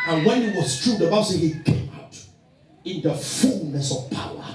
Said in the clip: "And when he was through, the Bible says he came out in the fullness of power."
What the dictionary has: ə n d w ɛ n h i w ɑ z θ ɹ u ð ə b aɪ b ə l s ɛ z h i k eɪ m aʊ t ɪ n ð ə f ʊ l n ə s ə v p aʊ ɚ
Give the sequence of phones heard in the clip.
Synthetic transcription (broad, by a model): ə n w ɛ n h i w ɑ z t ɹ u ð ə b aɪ ə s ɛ h i k eɪ m aʊ t ɪ n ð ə f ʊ l n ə s ə v p aʊ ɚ